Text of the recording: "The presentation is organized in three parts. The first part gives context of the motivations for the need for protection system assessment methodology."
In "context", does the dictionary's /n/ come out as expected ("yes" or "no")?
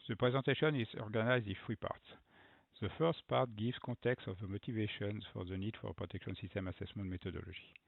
no